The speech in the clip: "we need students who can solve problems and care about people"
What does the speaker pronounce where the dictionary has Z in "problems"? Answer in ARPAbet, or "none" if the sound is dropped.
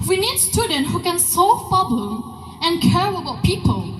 none